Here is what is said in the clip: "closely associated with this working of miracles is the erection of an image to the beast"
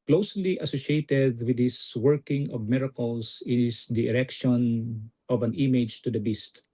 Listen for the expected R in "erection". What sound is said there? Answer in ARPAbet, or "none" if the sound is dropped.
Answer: R